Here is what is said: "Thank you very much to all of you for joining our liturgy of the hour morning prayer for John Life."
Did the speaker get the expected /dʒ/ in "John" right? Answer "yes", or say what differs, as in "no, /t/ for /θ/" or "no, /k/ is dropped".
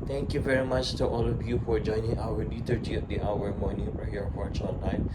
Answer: no, /tʃ/ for /dʒ/